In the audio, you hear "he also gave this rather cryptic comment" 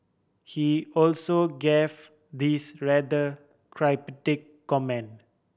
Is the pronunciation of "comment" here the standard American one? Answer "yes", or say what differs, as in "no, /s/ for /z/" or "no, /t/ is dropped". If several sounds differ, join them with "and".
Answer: no, /t/ is dropped